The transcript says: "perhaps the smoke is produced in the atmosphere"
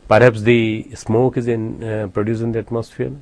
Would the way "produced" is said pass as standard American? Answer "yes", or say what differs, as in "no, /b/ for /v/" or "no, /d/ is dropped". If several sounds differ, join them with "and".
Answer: no, /t/ is dropped